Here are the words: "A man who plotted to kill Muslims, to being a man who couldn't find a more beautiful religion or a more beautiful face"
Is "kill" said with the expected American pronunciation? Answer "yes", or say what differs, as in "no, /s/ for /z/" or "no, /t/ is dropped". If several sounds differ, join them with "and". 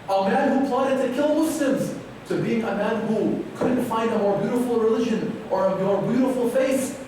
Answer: yes